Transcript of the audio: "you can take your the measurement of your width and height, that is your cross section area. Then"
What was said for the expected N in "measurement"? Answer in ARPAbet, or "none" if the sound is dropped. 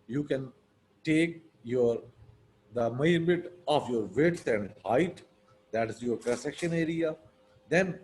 none